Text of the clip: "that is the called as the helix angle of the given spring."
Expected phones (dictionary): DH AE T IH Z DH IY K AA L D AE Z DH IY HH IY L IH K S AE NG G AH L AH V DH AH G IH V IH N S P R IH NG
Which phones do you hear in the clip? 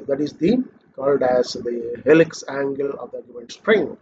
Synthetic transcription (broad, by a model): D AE T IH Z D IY K AA L D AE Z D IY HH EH L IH K S AE NG G AH L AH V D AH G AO IH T S P R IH NG